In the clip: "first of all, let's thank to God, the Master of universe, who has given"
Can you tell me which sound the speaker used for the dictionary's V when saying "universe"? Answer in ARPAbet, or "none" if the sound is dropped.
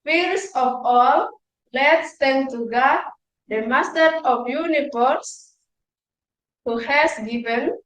F